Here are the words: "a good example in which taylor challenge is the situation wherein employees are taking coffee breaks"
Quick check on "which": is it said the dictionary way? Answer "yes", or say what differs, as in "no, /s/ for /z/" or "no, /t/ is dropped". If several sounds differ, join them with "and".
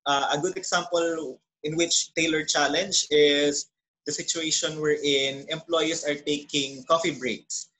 yes